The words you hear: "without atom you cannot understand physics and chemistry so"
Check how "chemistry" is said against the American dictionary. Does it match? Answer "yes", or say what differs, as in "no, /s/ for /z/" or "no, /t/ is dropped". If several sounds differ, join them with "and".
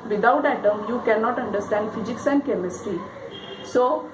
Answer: no, /ɹ/ is dropped